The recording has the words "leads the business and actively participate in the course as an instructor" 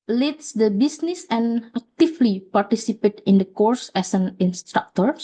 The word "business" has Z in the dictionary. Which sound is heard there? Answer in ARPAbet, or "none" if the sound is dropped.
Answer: S